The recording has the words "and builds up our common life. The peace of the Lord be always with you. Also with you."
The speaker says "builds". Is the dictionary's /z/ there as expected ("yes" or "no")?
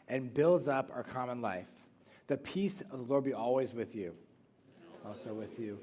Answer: yes